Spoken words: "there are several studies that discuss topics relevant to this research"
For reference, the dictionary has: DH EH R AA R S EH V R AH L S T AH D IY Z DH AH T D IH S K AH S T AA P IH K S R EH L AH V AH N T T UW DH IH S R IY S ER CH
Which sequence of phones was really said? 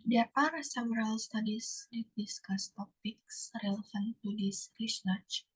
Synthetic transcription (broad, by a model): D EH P AA R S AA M R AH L S T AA D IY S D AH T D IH S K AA S T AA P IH K S R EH L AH F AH N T T UW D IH S R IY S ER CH